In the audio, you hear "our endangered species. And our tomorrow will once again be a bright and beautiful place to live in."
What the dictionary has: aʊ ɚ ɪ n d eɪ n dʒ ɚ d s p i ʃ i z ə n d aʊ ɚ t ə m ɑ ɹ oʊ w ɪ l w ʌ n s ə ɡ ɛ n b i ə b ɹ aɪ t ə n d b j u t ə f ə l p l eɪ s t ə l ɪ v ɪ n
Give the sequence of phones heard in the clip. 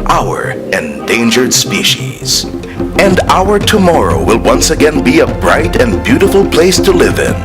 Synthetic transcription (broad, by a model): aʊ ɚ ɪ n d eɪ n dʒ ɚ d s p i ʃ i z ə n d aʊ ɚ t ə m ɑ ɹ oʊ w ɪ l w ʌ n s ə ɡ ɛ n b i ə b ɹ aɪ t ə n b j u t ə f l p l eɪ s t ə l ɪ v ɪ n